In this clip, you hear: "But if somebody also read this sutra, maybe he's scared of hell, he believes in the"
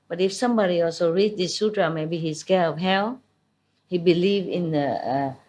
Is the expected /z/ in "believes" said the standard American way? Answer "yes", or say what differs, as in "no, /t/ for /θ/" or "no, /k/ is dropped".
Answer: no, /z/ is dropped